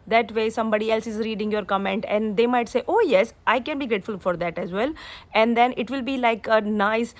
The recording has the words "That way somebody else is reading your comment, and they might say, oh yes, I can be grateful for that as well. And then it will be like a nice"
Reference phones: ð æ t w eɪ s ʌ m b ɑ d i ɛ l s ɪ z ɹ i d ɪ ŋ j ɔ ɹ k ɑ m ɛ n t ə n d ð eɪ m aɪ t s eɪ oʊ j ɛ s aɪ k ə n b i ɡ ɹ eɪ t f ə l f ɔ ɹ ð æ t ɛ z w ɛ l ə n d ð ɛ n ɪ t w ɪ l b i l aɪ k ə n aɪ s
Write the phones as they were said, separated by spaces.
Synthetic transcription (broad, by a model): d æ t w eɪ s ʌ m b ɑ d i ɛ l s ɪ z ɹ i d ɪ ŋ j ɔ ɹ k ɑ m ɛ n t ə n d eɪ m aɪ t s eɪ oʊ j ɛ s aɪ k ə n b i ɡ ɹ eɪ t f ə l f ɔ ɹ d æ t ɛ z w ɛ l ə n d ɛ n ɪ t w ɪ l b i l aɪ k ə n aɪ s